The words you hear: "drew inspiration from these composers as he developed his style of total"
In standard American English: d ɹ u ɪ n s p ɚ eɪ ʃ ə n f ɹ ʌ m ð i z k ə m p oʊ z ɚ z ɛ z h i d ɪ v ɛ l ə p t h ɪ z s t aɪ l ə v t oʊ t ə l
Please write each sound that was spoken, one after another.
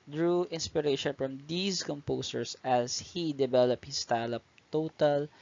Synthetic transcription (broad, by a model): d ɹ u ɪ n s p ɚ eɪ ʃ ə n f ɹ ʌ m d i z k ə m p oʊ s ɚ s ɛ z h i d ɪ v ɛ l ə p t h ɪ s t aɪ l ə p t oʊ t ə l